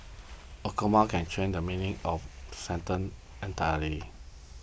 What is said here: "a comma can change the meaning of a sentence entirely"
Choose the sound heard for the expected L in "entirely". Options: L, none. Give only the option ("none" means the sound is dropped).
none